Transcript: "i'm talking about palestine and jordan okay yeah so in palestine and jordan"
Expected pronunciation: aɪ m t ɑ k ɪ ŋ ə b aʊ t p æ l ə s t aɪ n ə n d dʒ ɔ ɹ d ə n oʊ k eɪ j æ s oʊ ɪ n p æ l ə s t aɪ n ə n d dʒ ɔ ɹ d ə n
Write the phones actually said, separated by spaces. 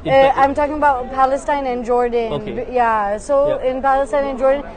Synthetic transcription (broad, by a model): aɪ m t ɑ k ɪ ŋ ə b aʊ t p æ l ə s t aɪ n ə n dʒ ɔ ɹ d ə n j æ s oʊ ɪ n p æ l ə s t aɪ n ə n dʒ ɔ ɹ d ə n